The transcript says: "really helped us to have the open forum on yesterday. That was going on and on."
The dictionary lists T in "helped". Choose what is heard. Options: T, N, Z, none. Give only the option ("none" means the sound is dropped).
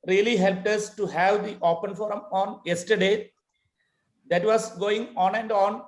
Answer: T